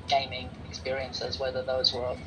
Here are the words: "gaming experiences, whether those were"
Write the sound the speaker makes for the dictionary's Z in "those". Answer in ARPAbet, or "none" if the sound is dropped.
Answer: Z